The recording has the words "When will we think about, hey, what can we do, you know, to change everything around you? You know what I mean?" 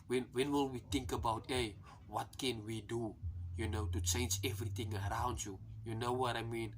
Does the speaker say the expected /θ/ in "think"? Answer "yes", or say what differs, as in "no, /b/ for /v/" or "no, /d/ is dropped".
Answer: no, /t/ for /θ/